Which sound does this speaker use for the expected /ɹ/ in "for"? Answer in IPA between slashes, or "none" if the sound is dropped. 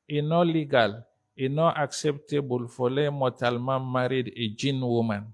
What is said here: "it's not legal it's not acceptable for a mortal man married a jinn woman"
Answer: /l/